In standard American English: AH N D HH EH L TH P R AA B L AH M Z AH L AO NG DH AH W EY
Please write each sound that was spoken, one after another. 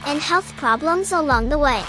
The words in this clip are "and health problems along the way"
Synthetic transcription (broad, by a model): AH N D HH EH L TH P R AA B L AH M Z AH L AO NG DH AH W EY